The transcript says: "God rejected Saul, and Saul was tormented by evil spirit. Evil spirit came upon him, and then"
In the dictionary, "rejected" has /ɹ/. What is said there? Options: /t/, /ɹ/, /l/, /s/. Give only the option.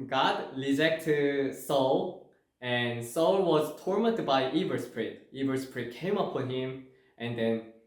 /l/